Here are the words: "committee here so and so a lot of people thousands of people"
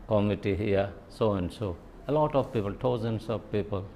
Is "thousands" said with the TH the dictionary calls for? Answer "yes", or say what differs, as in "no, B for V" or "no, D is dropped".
no, T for TH